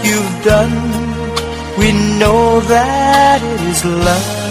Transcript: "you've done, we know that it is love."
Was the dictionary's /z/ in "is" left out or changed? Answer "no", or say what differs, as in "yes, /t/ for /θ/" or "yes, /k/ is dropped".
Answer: no